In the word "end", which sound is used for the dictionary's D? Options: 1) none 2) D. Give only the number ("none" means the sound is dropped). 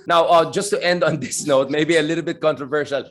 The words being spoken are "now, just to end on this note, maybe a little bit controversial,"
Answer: 2